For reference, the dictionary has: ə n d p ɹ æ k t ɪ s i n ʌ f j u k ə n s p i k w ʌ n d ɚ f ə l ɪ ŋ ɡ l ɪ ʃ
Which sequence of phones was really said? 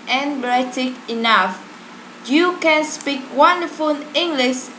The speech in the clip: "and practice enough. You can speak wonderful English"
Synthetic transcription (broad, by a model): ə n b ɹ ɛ t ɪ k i n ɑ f j u k ə n s p i k w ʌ n d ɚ f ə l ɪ ŋ ɡ l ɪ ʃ